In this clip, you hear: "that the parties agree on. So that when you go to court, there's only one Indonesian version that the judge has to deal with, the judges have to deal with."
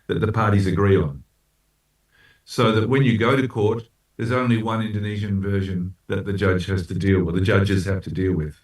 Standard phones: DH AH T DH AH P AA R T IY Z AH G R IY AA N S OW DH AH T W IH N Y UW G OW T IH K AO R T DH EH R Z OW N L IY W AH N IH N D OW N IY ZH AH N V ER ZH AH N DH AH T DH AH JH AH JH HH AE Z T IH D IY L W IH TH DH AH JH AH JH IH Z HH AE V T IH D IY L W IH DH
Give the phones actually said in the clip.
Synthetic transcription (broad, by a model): DH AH T DH AH P AA R T IY Z AH G R IY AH N S OW DH AH T W IH N Y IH G OW T IH K AO R T DH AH R Z OW N L IY W AH N IH N D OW N IY ZH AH N V ER ZH AH N DH AH T DH AH JH AH JH HH AE Z T IH D IY L W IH DH AH JH AH JH IH Z HH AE F T IH D IY L W IH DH